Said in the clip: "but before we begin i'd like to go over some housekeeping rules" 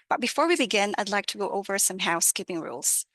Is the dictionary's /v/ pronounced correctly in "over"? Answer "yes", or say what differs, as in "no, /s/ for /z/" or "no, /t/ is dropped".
yes